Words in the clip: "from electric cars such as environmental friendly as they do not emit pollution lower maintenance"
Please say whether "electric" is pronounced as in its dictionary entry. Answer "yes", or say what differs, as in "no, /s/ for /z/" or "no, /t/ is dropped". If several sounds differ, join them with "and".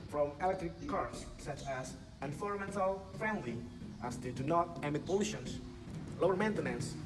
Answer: yes